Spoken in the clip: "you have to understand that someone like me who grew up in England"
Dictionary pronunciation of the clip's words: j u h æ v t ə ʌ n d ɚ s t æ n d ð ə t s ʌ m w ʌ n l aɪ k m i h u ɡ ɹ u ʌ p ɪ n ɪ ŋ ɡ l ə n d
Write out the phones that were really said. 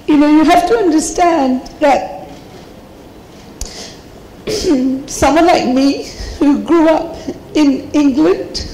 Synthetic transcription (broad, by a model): j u h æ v t ə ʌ n d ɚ s t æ n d ð ə t s ʌ m w ʌ n l aɪ k m i h u ɡ ɹ u ʌ p ɪ n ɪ ŋ ɡ l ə n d